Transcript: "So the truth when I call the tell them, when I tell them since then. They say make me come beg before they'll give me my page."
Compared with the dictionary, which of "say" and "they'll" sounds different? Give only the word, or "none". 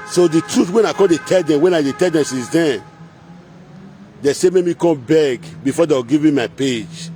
they'll